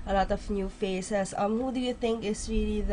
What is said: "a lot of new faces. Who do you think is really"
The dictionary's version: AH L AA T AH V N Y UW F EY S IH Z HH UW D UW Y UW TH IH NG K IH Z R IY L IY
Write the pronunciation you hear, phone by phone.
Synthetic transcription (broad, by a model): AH L AA T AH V N Y UW F EY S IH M HH UW D UW Y UW T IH NG K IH S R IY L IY